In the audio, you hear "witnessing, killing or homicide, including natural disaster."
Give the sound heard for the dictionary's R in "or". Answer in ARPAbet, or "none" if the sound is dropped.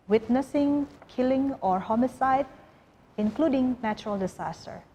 R